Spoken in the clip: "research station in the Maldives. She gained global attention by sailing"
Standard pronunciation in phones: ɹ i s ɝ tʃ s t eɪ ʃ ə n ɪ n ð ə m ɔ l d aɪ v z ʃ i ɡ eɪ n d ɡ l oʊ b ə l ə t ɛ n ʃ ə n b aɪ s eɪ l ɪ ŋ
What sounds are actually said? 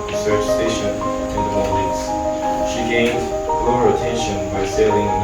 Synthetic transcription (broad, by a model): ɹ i s ɝ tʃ s t eɪ ʃ ə n ɪ n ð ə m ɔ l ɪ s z ʃ i ɡ eɪ n d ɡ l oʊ ə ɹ ə t ɛ n ʃ ə n b aɪ s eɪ l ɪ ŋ